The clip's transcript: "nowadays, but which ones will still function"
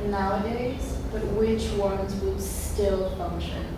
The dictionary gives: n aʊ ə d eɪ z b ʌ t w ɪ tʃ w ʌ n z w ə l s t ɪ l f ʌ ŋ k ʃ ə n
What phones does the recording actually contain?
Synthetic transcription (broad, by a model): n aʊ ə d eɪ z b ʌ t w ɪ tʃ w ʌ n z w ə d s t ɪ l f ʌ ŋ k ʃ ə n